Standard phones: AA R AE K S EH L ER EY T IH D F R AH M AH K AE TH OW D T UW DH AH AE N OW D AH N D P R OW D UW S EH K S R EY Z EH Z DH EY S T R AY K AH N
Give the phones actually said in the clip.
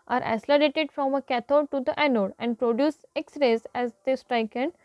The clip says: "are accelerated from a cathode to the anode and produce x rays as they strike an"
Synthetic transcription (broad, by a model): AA R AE S L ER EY T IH D F R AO M AH K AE T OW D T UW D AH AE N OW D AH N D P R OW D UW S EH K S R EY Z EH Z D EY S T R AY K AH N